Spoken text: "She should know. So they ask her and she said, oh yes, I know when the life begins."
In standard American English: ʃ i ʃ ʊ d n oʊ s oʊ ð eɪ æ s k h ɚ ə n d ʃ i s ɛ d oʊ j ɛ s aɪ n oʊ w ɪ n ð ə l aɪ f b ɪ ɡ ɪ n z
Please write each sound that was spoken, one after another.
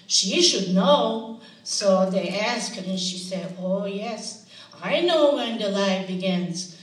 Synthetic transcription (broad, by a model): ʃ i ʃ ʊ d n oʊ s oʊ ð eɪ æ s k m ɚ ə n ʃ i s ɛ d oʊ j ɛ s aɪ n oʊ w ɪ n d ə l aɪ b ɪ ɡ ɪ n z